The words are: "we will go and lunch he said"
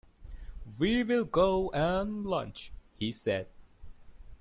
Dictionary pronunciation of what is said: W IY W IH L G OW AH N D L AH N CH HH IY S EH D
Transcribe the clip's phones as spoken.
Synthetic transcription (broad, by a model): W IY W IH L G OW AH N L AH N CH HH IY S EH D